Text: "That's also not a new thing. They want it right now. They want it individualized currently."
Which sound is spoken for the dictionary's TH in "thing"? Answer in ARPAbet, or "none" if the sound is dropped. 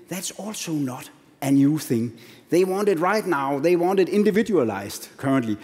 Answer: TH